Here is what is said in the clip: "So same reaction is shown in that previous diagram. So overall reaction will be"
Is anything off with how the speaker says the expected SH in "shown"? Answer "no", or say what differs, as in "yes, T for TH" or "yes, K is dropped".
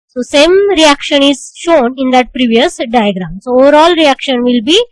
no